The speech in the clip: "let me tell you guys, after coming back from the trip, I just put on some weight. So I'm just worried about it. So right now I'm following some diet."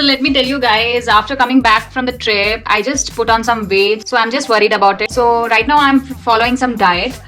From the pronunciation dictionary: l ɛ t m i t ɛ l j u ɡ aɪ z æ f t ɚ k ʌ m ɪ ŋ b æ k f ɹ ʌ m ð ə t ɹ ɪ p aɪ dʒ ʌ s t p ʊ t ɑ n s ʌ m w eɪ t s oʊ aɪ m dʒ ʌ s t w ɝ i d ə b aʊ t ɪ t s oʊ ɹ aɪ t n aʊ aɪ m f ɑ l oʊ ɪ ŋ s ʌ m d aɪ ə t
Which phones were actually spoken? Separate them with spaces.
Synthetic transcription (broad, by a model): l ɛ t m i t ɛ l j u ɡ aɪ z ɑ f t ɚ k ʌ m ɪ ŋ b æ k f ɹ ʌ m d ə t ɹ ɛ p aɪ dʒ ʌ s t p ʊ t ɑ n s ʌ m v eɪ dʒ s oʊ aɪ m dʒ ʌ s t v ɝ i d ə b aʊ t ɪ t s oʊ ɹ aɪ t n aʊ aɪ m f ɑ l oʊ ɪ ŋ s ʌ m d aɪ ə t